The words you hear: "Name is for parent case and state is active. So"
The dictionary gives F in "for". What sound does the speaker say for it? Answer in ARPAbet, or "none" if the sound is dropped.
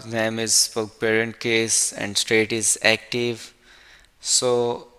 P